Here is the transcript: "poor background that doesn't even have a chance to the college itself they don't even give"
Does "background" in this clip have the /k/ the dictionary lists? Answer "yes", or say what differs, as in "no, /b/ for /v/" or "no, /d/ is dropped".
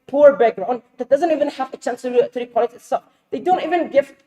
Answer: no, /k/ is dropped